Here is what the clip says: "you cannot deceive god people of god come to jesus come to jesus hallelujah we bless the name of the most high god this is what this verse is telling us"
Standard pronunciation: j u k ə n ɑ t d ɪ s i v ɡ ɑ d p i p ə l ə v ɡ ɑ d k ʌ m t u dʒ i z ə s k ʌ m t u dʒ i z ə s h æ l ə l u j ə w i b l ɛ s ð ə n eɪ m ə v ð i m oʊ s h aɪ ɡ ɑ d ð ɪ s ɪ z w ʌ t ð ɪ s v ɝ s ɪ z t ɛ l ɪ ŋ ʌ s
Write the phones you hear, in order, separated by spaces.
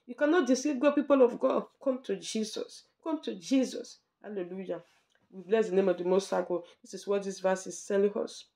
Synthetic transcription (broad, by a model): j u k ə n ɑ t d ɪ s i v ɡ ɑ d p i p ə l ə v ɡ ɑ d k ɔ m t u dʒ i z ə s k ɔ m t u dʒ i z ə s h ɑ l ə l u j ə w i b l ɛ s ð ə n eɪ m ə v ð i m oʊ s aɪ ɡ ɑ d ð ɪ s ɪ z w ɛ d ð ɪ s v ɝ s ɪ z s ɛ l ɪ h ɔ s